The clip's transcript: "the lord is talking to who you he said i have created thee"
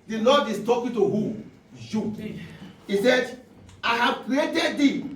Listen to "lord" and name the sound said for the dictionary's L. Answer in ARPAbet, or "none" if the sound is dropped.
N